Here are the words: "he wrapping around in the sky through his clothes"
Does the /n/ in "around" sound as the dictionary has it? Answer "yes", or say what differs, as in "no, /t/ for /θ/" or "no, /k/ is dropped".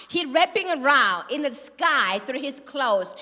no, /n/ is dropped